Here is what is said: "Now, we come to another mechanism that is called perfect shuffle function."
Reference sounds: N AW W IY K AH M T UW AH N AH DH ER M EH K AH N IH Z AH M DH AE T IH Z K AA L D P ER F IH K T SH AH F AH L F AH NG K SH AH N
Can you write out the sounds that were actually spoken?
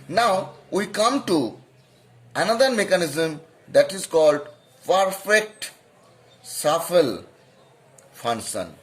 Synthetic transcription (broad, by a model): N AW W IY K AH M T UW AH N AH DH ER M EH K AH N IH Z AH M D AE T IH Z K AA L D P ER F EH K T S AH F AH L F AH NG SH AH N